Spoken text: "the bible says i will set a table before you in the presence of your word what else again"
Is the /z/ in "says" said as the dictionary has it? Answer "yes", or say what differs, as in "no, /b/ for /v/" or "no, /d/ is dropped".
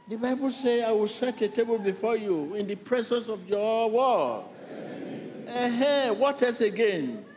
no, /z/ is dropped